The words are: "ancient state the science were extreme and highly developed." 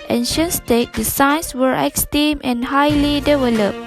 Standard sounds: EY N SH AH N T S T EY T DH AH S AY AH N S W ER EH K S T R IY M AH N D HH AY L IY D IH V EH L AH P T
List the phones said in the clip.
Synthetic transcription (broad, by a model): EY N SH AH N S T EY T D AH S AY N S W ER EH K S T IY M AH N HH AY L IY D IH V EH L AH P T